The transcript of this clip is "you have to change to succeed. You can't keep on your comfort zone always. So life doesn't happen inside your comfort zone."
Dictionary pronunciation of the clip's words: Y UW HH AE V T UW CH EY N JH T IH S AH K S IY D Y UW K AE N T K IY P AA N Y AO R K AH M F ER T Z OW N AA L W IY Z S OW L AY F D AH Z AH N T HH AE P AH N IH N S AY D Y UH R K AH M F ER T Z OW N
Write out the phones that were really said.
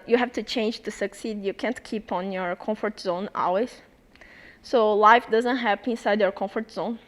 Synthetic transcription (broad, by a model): Y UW HH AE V T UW CH EY N JH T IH S AH K S IY D Y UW K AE N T K IY P AA N Y AO R K AH M F ER T Z OW N AA L W IY Z S OW L AY F D AH Z AH N T HH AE P IH N S AY D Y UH R K AH M F ER T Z OW N